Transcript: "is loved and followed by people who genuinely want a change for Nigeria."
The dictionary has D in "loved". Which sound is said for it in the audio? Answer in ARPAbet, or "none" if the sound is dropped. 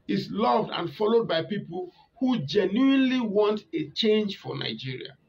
D